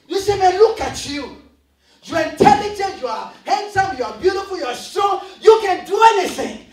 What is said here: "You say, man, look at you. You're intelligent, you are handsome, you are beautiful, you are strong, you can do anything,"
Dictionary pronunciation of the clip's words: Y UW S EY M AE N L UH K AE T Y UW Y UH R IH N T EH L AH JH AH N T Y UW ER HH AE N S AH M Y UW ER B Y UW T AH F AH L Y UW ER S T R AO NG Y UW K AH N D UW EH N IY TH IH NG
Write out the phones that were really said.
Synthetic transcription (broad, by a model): Y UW S EY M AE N L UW K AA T Y UW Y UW IH N T EH L AH JH AH N T Y UW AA HH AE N S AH M Y UW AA B Y UW T AH F AH L Y UW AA S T AO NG Y UW K AH N D UW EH N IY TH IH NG